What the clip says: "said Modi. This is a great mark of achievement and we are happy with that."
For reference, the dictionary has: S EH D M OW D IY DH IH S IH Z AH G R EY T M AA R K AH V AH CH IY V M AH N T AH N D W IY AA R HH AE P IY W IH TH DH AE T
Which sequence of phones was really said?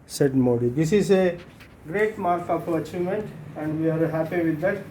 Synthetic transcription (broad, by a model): S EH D M OW D IY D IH S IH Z AH G R EY T M AA R K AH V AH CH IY M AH N T AH N D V IY AA R HH AE P IY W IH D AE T